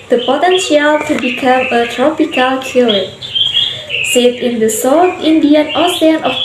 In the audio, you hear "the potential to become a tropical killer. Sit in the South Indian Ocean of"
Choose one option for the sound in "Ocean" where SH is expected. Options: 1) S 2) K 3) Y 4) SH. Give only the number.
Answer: 1